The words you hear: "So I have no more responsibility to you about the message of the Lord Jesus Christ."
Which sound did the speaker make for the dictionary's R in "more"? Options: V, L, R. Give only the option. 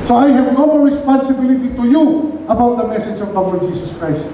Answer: L